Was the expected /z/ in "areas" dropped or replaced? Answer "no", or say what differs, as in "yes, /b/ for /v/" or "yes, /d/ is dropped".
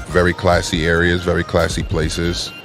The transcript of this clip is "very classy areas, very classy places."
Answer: no